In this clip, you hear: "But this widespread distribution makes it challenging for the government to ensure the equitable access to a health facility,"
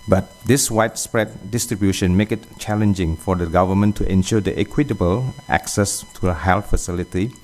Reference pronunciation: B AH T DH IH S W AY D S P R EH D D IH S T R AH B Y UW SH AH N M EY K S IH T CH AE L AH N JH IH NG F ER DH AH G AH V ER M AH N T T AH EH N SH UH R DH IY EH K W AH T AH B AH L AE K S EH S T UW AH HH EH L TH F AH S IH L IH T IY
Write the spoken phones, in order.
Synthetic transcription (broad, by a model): B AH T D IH S W AY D S P R EH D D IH S T R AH B Y UW SH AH N M EY K IH T CH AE L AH N JH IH NG F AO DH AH G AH V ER M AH N T T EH N SH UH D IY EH K W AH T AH B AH L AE K S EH S T UW AH HH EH L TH F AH S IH L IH T IY